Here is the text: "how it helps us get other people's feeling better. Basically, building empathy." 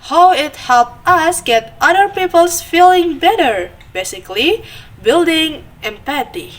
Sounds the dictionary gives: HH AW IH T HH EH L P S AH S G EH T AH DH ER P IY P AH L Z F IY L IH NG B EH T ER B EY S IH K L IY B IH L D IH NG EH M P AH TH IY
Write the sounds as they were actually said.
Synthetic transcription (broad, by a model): HH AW IH T HH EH L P AH S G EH T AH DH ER P IY P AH L S F IY L IH NG B EH T ER B EY S IH K L IY B IH L D IH NG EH M P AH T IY